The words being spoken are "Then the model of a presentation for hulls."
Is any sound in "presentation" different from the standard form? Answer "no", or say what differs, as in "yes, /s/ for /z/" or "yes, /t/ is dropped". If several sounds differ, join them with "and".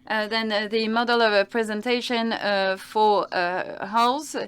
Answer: no